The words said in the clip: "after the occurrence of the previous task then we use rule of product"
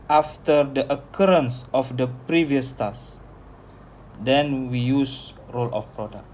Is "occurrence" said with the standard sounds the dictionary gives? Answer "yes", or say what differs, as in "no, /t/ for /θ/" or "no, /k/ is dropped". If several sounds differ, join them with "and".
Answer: yes